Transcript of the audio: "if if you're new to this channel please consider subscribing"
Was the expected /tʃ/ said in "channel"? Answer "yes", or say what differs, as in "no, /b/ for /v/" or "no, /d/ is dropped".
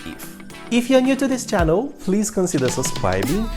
yes